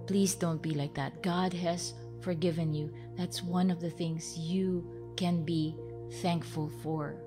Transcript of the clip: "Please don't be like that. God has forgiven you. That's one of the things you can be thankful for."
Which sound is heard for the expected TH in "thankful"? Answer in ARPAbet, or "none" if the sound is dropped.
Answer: TH